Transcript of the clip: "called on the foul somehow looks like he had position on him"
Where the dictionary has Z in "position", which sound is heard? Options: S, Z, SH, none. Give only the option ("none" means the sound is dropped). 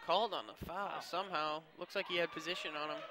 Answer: Z